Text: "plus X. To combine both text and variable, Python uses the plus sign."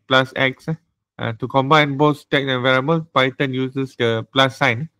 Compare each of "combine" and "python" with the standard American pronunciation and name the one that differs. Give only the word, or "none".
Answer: python